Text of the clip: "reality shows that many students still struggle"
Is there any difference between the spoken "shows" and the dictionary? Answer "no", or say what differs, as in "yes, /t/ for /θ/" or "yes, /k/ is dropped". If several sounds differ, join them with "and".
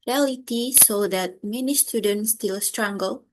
yes, /s/ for /ʃ/